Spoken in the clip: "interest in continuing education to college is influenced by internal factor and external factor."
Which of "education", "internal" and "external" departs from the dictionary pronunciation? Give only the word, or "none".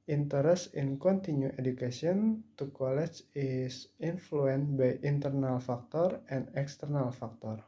education